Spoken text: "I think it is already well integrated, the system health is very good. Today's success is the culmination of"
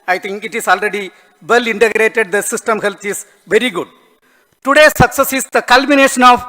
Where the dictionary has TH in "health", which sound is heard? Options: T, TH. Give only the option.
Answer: T